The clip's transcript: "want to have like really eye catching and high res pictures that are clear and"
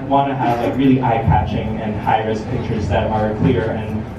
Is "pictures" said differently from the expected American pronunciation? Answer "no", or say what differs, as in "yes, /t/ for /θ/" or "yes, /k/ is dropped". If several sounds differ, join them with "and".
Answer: no